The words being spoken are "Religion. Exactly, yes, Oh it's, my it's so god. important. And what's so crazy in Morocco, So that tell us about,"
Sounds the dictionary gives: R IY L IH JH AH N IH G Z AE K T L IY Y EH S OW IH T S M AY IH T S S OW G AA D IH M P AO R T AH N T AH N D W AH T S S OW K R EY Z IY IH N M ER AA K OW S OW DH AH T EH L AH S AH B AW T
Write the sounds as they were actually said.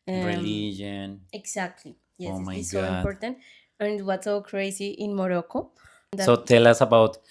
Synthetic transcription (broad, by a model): R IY L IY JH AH N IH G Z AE K T L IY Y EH OW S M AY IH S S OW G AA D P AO R T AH N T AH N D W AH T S S OW K R EY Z IY IH N M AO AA K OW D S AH T EH L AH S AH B AW T